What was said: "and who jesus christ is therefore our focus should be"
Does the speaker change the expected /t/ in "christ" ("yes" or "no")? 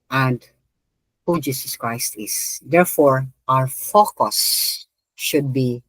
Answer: no